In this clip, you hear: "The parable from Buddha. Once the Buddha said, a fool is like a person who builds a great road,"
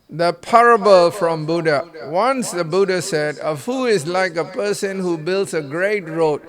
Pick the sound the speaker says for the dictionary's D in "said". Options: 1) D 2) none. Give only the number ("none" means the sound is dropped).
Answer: 1